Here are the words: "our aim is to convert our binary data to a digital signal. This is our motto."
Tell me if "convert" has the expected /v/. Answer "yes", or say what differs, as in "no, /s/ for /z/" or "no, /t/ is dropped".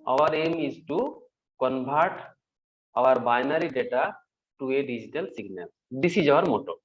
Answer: no, /b/ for /v/